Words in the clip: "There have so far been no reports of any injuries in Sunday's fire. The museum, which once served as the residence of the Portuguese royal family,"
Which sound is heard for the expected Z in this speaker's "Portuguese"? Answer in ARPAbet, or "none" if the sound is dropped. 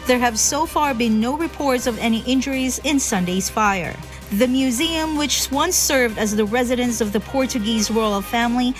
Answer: Z